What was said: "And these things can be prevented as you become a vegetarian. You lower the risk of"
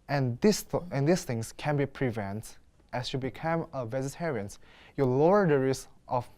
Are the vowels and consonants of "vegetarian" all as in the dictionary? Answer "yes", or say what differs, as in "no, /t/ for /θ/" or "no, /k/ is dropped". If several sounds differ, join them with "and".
no, /z/ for /dʒ/